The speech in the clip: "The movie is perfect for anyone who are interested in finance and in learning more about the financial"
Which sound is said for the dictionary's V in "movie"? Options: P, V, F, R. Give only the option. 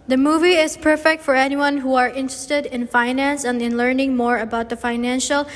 V